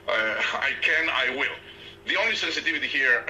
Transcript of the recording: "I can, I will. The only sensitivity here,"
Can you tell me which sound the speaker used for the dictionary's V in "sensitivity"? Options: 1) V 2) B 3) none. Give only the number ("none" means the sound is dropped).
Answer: 1